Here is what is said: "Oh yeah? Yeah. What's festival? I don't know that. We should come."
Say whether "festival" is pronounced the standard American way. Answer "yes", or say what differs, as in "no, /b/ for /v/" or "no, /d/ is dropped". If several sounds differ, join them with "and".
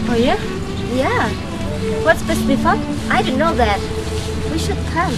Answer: no, /f/ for /v/